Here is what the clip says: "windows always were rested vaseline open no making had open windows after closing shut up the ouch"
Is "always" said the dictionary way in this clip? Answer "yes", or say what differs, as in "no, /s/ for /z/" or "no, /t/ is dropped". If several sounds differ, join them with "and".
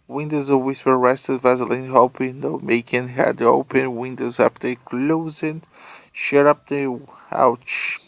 no, /l/ is dropped